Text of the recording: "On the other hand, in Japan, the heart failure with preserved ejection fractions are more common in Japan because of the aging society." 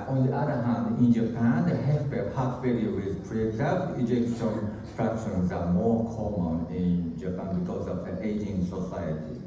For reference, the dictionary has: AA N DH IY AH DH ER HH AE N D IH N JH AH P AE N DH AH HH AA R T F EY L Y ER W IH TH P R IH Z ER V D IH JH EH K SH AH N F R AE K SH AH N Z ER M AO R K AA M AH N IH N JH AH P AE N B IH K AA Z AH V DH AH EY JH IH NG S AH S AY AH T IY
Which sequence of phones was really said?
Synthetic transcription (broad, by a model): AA N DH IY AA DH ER HH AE N D IH N JH AH P AE N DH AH HH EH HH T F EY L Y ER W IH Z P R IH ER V IH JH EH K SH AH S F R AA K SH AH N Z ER M AO R K AA M AH N IH N JH AH P AE N B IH K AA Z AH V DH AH EY JH IH NG S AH S AY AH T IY